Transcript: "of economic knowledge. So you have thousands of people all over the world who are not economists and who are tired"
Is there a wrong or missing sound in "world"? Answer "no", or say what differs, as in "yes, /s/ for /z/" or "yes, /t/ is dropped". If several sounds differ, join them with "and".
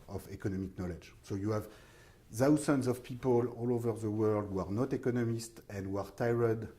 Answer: no